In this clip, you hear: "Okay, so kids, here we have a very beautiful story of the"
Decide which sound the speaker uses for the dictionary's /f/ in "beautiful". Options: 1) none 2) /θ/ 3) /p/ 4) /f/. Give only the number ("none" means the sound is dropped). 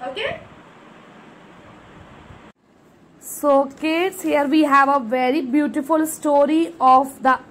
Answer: 4